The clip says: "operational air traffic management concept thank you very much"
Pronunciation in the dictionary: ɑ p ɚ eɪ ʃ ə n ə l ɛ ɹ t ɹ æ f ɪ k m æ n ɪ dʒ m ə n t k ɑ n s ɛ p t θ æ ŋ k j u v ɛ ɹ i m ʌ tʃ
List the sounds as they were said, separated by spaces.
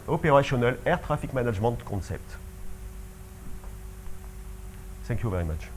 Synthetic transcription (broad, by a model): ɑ p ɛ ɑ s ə n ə l ɛ ɹ t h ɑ f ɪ k m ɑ n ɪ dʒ m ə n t k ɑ s ɛ p t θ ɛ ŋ k j u v ɛ ɹ i m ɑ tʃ